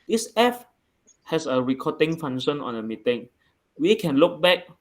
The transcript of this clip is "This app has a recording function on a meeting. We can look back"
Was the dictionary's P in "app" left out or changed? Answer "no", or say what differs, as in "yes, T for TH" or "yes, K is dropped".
yes, F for P